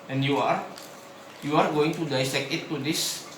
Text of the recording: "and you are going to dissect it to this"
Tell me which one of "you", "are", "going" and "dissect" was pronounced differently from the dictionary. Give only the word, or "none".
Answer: dissect